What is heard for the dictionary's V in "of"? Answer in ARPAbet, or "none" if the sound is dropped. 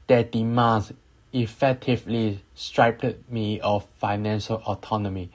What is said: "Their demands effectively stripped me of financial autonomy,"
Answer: F